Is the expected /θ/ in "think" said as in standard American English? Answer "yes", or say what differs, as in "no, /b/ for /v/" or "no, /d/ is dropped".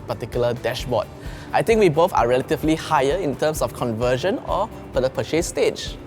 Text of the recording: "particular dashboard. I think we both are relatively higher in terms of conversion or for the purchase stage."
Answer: no, /t/ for /θ/